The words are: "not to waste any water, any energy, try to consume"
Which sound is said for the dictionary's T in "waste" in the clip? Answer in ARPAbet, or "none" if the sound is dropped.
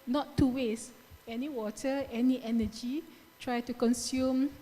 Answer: none